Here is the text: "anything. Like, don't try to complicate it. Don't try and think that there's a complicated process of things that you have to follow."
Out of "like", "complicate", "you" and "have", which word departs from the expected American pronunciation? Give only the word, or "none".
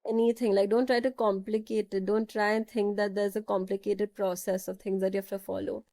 have